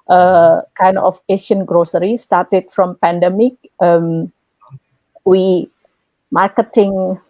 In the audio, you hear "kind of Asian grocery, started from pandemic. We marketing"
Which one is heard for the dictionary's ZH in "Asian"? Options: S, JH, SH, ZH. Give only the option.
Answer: SH